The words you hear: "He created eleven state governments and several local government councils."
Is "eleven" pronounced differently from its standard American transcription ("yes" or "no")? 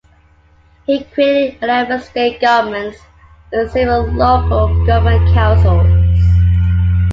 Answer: yes